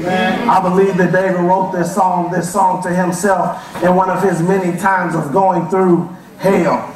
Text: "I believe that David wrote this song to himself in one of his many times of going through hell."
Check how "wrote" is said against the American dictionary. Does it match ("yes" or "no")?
yes